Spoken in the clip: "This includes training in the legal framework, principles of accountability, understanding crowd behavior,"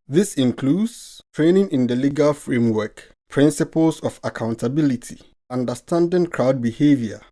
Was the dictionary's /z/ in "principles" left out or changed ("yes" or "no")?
yes